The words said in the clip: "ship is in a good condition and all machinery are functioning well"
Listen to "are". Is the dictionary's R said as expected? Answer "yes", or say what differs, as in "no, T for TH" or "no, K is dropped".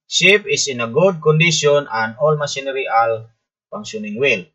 no, L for R